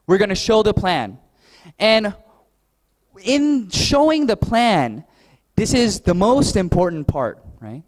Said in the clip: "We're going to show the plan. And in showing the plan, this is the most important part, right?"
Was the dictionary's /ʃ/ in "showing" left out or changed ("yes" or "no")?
no